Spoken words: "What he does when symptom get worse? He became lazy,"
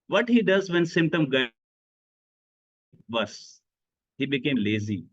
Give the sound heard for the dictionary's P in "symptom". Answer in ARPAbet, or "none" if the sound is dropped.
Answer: P